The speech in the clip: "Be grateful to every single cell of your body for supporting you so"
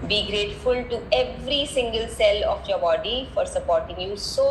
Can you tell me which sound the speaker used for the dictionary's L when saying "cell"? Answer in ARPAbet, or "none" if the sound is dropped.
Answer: L